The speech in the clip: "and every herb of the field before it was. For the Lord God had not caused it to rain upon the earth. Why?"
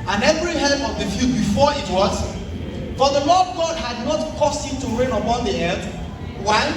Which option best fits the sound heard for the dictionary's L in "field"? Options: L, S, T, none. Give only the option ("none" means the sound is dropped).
none